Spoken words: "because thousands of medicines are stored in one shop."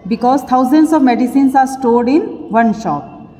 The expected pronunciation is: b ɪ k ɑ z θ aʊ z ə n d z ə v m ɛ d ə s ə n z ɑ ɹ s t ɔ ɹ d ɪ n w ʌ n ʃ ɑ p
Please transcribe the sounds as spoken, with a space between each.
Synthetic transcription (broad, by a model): b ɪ k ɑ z t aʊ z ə n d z ə v m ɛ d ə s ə n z ɑ ɹ s t ɔ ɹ d ɪ n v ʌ n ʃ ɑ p